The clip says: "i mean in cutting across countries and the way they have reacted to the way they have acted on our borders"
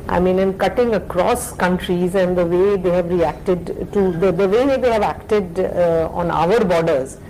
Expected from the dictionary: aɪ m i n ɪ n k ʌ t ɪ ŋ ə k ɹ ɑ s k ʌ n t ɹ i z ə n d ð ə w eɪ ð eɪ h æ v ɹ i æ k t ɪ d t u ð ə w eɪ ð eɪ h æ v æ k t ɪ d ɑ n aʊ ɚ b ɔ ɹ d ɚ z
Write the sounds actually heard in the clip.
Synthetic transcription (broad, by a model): aɪ m i n ɪ n k ʌ t ɪ ŋ ə k ɹ ɑ s k ʌ n t ɹ i z ə n d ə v eɪ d eɪ h æ v ɹ i æ k t ɪ d t u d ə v eɪ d eɪ h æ v æ k t ɪ d ɑ n aʊ ɚ b ɔ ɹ d ɚ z